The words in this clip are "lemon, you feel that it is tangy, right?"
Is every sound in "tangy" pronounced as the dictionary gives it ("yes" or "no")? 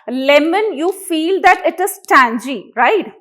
yes